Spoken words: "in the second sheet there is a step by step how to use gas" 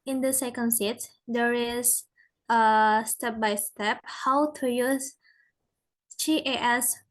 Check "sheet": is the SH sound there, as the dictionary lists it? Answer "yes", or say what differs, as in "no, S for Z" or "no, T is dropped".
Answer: no, S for SH